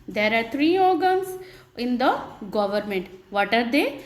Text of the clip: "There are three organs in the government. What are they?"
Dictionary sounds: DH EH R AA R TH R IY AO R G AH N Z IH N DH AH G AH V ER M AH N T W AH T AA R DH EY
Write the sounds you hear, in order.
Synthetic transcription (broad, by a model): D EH R AA R T R IY AO R G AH N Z IH N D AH G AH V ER M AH N T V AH T AA R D EY